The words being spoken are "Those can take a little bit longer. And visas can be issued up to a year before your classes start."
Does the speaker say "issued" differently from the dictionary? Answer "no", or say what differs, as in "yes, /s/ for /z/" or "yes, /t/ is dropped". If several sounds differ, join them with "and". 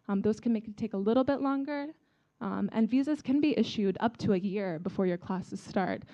no